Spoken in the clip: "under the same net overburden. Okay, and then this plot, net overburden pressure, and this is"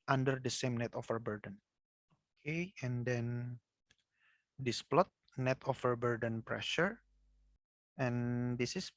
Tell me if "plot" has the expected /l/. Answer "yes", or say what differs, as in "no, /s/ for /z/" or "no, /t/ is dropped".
yes